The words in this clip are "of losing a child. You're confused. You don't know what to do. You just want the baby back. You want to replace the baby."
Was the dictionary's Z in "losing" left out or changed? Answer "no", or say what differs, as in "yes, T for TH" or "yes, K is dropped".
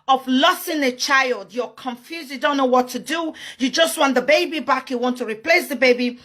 yes, S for Z